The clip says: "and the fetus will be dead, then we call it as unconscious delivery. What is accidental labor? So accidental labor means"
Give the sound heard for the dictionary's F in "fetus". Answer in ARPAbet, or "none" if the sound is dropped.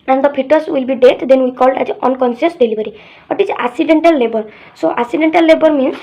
P